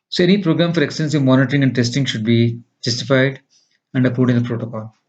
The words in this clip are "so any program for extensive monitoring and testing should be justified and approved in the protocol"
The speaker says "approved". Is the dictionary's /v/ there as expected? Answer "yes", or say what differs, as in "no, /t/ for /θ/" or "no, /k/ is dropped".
no, /v/ is dropped